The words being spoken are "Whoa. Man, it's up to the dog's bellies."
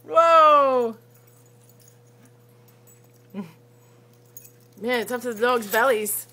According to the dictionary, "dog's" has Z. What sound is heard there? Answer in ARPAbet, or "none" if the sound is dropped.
Z